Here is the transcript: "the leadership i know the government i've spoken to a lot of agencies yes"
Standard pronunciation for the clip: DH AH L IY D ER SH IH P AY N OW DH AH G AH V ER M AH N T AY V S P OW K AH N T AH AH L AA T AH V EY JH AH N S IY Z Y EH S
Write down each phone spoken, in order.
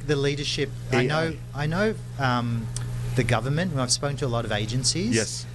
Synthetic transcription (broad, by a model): DH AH L IY D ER SH IH P AY N OW DH AH G AH V ER M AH N T AY V S P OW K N T AH AH L AA T AH V EY JH AH N S IY Z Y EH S